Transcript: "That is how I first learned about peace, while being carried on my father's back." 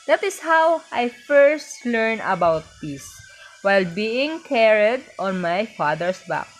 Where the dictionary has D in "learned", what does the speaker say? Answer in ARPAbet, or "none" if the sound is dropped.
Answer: none